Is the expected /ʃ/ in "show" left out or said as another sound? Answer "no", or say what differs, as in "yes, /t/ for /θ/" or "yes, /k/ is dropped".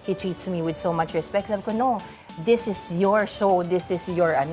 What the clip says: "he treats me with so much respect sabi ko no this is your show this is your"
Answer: yes, /s/ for /ʃ/